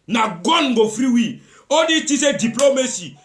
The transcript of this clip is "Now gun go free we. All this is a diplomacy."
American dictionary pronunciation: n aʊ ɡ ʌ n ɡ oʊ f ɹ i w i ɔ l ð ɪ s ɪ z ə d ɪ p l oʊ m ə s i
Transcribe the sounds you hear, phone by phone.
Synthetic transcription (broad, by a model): n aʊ ɡ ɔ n ɡ oʊ f ɹ i w i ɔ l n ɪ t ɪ s ə d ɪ p l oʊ m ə s i